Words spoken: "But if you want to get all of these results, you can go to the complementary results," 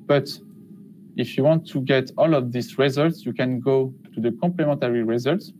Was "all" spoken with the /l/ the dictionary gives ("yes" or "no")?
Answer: yes